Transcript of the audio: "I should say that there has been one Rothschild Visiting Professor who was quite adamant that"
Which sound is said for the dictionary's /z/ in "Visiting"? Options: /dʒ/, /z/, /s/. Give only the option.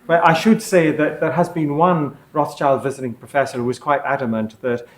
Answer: /z/